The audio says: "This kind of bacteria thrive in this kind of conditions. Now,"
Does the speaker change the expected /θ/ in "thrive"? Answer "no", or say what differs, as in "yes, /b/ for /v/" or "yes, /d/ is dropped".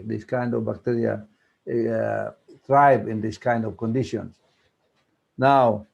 yes, /t/ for /θ/